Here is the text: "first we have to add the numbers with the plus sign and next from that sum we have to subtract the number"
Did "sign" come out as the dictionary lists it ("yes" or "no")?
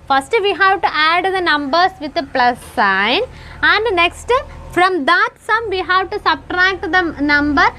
yes